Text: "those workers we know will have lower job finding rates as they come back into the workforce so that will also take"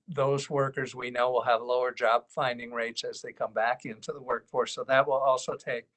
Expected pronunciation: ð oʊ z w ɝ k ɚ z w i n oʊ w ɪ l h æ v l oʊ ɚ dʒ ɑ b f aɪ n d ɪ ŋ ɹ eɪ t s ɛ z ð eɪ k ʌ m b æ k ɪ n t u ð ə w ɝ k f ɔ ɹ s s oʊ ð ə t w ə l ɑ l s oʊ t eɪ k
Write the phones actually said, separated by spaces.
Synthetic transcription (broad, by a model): ð oʊ z w ɝ k ɚ z w i n oʊ w ɪ l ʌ v l oʊ ɚ dʒ ɑ b f aɪ n d ɪ ŋ ɹ eɪ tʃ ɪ z ð eɪ k ʌ m b æ k ɪ n t u ð ə w ɝ k f ɔ ɹ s s oʊ ð ə t w ə l ɑ l s oʊ t eɪ k